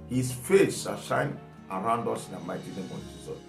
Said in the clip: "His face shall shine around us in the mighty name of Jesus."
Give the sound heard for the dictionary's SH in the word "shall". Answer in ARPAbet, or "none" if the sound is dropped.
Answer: S